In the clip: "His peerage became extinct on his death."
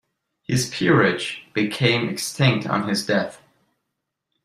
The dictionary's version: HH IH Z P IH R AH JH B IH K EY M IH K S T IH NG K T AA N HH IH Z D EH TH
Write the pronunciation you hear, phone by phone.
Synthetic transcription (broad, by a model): HH IH Z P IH R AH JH B IH K EY M IH K S T IH NG K T N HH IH Z D EH TH